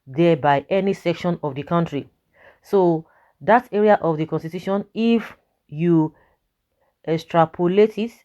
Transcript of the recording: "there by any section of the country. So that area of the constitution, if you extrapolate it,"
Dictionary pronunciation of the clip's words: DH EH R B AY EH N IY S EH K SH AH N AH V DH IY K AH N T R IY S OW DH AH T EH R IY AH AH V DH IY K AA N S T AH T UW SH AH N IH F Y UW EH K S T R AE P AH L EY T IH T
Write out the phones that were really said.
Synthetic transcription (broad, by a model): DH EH B AY EH N IY S EH K SH AH N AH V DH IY K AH N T R IY S OW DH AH T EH R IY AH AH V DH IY K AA N S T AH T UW SH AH N IH F Y UW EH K S T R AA P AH L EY T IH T